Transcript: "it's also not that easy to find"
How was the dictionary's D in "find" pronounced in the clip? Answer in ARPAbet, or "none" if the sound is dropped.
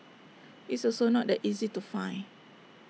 none